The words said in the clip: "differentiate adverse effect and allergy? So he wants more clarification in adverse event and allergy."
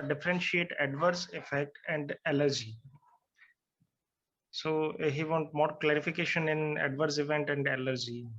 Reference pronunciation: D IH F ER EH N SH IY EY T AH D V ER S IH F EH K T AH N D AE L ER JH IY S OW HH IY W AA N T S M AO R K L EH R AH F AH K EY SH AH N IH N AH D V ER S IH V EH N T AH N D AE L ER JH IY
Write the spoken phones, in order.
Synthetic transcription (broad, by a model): D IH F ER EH N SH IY EY T AH D V ER S IH F EH K T AH N D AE L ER JH IY S OW HH IY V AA N T M AO R K L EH R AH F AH K EY SH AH N IH N AH D V ER S IH V EH N T AH N D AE L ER JH IY